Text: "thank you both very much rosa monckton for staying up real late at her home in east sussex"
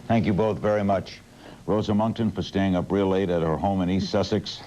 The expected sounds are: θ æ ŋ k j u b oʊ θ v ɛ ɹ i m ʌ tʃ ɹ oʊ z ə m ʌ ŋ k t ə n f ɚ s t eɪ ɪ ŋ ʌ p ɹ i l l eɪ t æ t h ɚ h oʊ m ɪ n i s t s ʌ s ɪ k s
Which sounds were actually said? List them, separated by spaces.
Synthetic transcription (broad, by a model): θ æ ŋ k j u b oʊ θ v ɛ ɹ i m ʌ tʃ ɹ oʊ z ə m ʌ ŋ k t ə n f ɚ s t eɪ ɪ ŋ ʌ p ɹ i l l eɪ t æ t h ɚ h oʊ m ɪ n i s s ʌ s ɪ k s